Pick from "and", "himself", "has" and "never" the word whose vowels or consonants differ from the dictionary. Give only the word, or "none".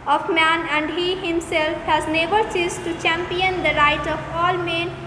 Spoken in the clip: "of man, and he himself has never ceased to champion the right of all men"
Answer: never